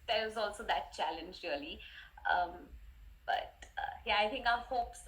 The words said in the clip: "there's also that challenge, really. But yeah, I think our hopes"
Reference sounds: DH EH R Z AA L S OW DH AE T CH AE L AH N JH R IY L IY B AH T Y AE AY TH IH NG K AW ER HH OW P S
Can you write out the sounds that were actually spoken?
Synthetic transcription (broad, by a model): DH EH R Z AA L S OW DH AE T CH AE L AH N JH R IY L IY B AH T Y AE AY T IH NG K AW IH HH OW P S